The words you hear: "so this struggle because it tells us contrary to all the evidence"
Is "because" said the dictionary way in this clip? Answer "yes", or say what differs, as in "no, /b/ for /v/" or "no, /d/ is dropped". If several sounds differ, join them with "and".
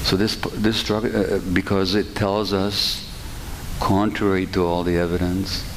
yes